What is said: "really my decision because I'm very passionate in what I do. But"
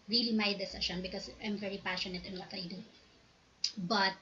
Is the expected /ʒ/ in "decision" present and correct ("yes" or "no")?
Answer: no